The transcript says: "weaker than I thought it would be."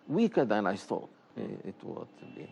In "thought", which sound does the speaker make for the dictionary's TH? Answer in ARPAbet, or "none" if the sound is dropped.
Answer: S